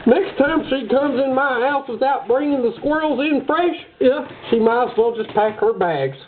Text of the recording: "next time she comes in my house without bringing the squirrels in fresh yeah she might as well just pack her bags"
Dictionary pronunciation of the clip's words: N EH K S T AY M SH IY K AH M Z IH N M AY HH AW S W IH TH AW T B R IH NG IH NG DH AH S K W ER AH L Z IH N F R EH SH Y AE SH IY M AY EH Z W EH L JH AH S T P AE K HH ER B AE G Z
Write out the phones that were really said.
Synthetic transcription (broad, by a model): N EH K S T AY M SH IY K AH M Z IH N M AY HH AW S W IH TH AW T B R IH NG IH NG DH AH S K W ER L Z IH N F R EH SH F SH IY M AY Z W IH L JH AH S P AE K HH ER B AE G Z